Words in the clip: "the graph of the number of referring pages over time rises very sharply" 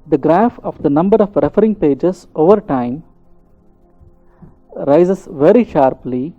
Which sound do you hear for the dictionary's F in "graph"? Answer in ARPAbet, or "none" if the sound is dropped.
F